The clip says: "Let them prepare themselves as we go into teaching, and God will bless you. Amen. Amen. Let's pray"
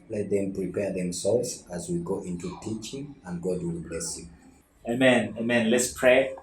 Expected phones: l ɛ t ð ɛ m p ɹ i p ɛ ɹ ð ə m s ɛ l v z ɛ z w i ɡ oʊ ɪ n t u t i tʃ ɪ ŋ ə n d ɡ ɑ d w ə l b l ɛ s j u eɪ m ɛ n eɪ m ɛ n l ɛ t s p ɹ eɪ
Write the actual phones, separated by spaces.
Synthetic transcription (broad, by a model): l ɛ t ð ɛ m p ɹ i p ɛ ɹ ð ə m s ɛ l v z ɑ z w i ɡ oʊ ɪ n t u t i tʃ ɪ ŋ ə n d ɡ ɑ d w ə l b l ɛ s j u eɪ m ɛ n eɪ m ɛ n l ɛ t s p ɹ eɪ